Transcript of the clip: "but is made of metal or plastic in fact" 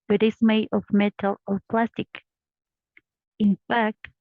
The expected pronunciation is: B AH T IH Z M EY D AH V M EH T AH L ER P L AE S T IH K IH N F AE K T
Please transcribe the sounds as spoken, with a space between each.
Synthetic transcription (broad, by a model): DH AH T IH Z M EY AH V M EH T AH L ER P L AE S T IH K IH N F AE K T